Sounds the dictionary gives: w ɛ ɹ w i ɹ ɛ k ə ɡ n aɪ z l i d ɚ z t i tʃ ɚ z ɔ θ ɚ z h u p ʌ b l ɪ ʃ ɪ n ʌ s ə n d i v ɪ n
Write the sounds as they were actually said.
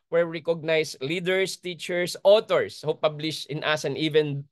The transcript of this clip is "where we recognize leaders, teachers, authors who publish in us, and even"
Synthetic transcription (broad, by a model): w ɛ ɹ ɹ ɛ k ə ɡ n aɪ s l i d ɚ s t i tʃ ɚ s ɔ t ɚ s h u p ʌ b l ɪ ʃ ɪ n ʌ s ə n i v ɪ n